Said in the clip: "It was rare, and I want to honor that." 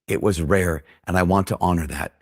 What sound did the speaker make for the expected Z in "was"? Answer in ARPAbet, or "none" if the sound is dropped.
Z